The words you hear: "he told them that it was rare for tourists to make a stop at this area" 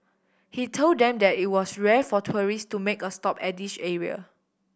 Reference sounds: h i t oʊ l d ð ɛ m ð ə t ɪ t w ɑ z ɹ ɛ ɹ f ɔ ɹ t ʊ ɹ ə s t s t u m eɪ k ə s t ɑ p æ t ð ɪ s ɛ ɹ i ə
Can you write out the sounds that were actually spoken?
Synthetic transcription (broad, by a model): h i t oʊ l d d ɛ m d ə t ɪ t w ɑ s ɹ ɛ f ɔ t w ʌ ɹ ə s s t u m eɪ k ə s t ɑ p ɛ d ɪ ʃ ɛ ɹ i ə